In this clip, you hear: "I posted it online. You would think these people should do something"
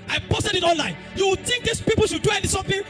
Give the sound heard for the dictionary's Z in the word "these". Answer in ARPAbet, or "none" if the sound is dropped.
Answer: S